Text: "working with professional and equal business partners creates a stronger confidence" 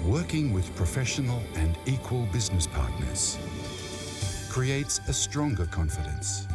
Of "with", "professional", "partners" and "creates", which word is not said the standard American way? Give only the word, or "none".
none